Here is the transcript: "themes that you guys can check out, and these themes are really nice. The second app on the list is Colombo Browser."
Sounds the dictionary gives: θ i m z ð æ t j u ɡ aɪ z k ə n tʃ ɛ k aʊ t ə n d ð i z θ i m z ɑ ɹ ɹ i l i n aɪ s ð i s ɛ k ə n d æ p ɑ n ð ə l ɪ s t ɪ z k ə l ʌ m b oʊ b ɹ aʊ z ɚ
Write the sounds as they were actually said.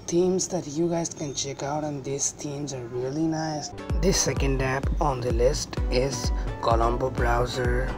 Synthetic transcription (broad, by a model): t i m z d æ t j u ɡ aɪ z k ə n tʃ ɛ k aʊ t ə n d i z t i m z ɑ ɹ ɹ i l i n aɪ s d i s ɛ k ə n d æ p ɑ n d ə l ɪ s t ɪ z k ə l ʌ m b oʊ b ɹ aʊ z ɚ